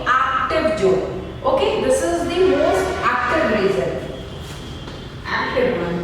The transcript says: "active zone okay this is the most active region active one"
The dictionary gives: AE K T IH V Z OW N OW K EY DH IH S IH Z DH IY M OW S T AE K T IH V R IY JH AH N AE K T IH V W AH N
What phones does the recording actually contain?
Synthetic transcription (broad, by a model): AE K T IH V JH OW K OW K EY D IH S IH Z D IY M OW S T AE K T IH V R IY Z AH N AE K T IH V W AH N